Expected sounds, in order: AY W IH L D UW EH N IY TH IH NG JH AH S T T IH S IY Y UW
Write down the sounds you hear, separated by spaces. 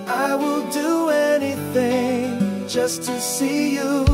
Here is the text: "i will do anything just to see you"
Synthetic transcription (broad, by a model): AY W IH L D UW EH N IY TH IH NG JH AH S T T IH S IY Y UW